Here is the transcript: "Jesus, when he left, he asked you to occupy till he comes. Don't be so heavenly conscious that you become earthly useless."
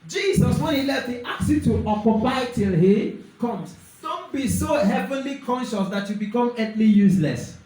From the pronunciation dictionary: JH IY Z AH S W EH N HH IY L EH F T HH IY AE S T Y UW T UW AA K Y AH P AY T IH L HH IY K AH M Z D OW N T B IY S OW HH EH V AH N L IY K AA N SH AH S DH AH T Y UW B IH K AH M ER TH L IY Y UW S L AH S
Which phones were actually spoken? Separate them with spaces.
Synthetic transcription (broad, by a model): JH IY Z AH S W EH N HH IY L EH F T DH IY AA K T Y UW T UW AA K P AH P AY T IH L HH IY K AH M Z D OW N T B IY S OW HH EH V AH N L IY K AA N SH AH S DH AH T Y UW B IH K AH M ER T L IY Y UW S L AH S